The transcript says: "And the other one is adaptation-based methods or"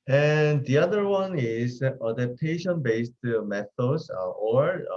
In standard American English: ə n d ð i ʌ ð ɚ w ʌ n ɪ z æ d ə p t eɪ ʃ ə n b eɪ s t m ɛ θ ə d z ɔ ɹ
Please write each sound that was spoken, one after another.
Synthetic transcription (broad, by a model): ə n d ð i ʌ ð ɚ w ʌ n ɪ z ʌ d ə p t eɪ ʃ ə n b eɪ s t m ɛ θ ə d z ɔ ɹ